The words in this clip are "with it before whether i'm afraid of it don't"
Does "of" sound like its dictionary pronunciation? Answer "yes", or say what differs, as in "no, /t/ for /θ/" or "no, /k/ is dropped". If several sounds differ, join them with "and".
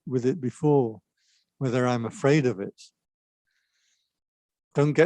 yes